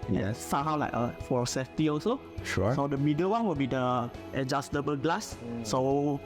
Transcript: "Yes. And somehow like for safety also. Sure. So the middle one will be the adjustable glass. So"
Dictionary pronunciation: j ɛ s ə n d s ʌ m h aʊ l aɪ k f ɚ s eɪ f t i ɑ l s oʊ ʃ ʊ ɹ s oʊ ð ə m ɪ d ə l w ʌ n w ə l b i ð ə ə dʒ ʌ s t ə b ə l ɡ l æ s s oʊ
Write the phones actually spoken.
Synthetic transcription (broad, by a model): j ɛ s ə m h aʊ l aɪ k f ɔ s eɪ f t i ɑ s oʊ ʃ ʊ s oʊ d ə m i d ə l w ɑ n w ə l b i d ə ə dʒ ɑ s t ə b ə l ɡ l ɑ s s oʊ